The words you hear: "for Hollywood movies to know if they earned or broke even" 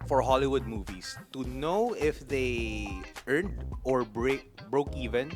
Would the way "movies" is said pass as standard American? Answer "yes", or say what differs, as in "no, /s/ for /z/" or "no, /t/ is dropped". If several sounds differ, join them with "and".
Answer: no, /s/ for /z/